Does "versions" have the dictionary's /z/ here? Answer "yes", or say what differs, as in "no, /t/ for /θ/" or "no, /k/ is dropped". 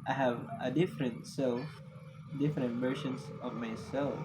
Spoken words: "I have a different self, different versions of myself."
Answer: no, /s/ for /z/